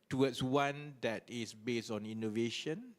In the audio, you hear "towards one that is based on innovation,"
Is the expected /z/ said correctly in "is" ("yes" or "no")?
no